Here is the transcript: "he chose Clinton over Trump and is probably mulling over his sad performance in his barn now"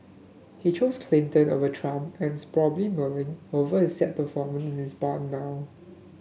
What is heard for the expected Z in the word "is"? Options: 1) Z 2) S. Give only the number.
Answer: 2